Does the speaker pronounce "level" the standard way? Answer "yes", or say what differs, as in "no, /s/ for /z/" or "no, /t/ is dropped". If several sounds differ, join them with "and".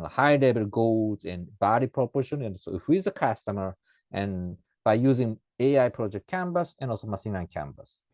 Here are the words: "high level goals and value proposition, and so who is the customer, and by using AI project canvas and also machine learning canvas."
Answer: no, /b/ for /v/